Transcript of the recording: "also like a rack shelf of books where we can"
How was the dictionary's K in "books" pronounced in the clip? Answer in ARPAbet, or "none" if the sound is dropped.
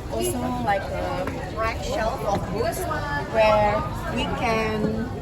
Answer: none